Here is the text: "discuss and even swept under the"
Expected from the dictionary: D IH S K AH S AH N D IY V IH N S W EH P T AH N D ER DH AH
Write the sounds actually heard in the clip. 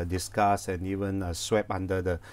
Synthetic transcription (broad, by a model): D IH S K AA S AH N IY V IH N S W EH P AA N D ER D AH